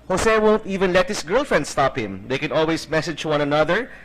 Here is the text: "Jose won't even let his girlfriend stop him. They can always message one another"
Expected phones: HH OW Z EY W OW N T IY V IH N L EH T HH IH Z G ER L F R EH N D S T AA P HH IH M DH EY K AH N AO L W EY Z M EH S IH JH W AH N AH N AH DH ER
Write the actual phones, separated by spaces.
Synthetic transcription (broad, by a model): HH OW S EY W OW N T IY V IH N L EH T HH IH S G ER L F R EH N D S T AA P HH IH M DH EY K AH N AO L W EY S M EH S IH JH W AH N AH N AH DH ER